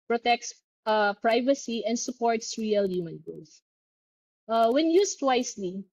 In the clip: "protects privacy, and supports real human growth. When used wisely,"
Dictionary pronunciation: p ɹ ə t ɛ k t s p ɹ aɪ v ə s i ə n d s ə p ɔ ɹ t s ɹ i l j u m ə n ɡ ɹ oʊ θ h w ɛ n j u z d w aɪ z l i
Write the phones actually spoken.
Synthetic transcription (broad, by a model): p ɹ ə t ɛ k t s p ɹ aɪ v ə s i ə n d s ə p ɔ ɹ t s ɹ i l j u m ə n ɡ oʊ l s w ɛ n j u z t w aɪ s l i